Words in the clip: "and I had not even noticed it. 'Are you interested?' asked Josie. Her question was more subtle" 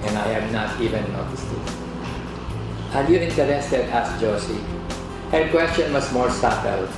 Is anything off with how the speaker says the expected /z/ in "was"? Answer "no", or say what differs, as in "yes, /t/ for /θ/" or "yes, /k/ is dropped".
yes, /s/ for /z/